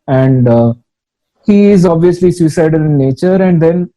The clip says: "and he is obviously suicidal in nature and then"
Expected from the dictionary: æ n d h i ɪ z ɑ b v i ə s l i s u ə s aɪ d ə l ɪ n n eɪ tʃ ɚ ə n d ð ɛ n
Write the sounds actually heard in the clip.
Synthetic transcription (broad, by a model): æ n d h i ɪ z ɑ b v i ə s l i s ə s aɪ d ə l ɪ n n eɪ tʃ ɚ ə n d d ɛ n